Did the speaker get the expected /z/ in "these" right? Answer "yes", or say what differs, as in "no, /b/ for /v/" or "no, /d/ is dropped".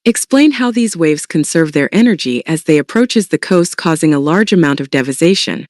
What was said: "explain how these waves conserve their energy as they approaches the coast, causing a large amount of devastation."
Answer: yes